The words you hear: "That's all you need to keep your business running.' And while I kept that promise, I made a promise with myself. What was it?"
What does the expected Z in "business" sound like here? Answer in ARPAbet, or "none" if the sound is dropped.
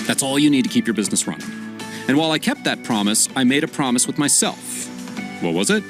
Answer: Z